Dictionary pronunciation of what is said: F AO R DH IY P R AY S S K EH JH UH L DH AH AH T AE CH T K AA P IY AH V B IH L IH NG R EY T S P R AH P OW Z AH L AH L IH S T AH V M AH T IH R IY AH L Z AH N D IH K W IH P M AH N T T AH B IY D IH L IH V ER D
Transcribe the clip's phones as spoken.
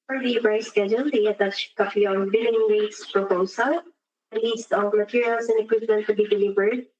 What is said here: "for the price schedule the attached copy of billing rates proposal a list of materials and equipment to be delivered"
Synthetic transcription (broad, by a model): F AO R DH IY B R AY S S K EH JH UH L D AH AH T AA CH K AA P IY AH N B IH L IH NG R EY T S P R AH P OW S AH L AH L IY S T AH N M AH T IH R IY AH L S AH N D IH K W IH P M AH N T T AH B IY D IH L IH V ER D